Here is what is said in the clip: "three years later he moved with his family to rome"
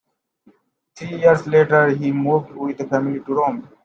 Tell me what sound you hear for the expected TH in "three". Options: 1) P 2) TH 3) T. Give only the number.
3